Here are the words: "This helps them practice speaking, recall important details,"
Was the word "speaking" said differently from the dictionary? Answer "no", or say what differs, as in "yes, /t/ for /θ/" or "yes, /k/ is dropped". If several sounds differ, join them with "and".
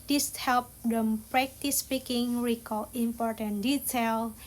no